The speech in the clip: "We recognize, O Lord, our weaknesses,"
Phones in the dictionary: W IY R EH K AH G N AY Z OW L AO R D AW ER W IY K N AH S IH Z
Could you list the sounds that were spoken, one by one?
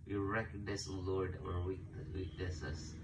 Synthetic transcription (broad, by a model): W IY R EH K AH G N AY S OW L AO R D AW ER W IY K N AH S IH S